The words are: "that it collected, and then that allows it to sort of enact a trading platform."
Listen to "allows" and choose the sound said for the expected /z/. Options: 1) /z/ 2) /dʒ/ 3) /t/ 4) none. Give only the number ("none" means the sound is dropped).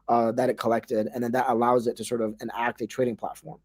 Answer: 1